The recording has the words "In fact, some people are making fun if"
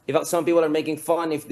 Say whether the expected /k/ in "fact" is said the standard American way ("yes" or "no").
no